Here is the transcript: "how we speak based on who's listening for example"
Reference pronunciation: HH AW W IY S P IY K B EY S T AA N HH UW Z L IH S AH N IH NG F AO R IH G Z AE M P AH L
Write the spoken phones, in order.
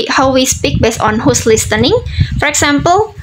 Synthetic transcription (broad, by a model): HH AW W IY S P IY K B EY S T AA N HH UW S L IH S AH N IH NG F AO R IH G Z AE M P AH L